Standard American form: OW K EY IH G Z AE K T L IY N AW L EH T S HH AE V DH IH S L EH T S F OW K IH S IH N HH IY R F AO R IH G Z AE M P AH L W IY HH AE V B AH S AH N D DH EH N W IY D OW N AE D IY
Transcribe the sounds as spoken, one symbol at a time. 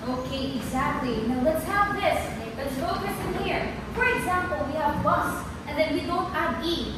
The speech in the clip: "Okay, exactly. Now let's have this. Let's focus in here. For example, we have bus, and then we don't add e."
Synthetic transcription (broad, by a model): OW K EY IH G Z AE K T L IY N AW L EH T S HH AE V DH IH S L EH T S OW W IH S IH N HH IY R F AO R IH G Z AE M P AH L W IY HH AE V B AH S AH N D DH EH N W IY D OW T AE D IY